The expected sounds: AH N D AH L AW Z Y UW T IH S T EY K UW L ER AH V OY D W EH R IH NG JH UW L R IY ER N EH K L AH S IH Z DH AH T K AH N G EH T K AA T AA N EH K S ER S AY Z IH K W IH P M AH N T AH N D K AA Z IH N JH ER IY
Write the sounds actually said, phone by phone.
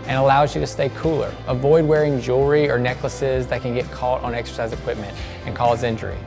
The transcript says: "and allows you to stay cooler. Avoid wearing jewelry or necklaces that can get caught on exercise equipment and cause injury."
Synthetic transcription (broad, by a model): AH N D AH L AW Z Y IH T IH S T EY K UW L ER AH V OY D W EH R IH NG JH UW R IY ER N EH K L AH S IH Z DH AH T K AH N G EH T K AA T N EH K S ER S AY Z IH K W IH P M AH N T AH N K AA Z IH N JH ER IY